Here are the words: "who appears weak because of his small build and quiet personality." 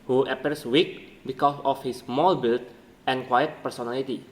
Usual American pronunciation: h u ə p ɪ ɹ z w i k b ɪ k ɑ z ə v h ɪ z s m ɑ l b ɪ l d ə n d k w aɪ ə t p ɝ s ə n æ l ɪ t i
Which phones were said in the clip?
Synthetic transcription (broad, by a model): h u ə p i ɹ s w i k b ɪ k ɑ s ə f h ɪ s m ɑ l b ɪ l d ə n k w aɪ ə t p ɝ s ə n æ l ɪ t i